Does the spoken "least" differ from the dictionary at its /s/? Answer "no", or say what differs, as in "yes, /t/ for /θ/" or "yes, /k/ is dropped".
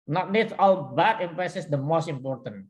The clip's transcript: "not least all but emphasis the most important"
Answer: yes, /s/ is dropped